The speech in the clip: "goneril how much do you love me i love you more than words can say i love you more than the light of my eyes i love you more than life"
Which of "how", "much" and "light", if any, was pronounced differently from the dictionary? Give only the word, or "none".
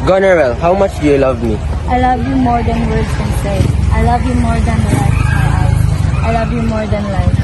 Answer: light